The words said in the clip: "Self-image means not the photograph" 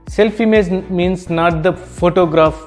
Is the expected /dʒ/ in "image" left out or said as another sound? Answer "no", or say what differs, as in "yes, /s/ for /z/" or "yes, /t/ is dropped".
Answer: yes, /z/ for /dʒ/